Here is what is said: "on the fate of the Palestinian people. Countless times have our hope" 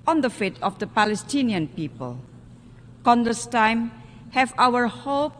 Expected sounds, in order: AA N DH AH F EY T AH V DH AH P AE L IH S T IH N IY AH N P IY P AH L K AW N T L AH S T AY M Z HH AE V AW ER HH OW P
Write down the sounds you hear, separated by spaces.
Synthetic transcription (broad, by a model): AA N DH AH F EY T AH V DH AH P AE L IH S T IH N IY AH N P IY P AH L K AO N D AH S T AY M HH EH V AW ER HH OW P